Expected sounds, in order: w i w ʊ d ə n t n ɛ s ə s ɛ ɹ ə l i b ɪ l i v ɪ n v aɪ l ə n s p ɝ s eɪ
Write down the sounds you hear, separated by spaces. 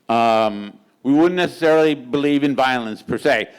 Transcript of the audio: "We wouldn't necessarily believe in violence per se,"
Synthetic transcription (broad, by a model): w i w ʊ d n n ɛ s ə s ɛ ɹ l i b ɪ l i v ɪ n v aɪ l ə n s p ɝ s eɪ